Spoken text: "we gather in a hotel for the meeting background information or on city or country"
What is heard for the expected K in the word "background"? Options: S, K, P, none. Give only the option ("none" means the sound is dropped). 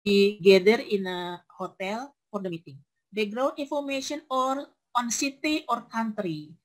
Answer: none